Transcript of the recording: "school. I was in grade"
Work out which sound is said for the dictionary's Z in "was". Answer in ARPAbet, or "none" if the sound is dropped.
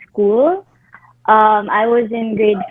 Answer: Z